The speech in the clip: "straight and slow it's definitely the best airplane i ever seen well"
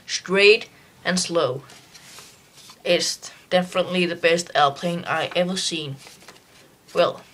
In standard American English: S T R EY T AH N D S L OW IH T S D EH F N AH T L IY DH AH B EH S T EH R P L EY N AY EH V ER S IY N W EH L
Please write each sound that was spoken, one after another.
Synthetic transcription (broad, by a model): S T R EY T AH N S L OW IH T S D EH F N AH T L IY DH AH B EH S T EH L P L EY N AY EH V ER S IY N W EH L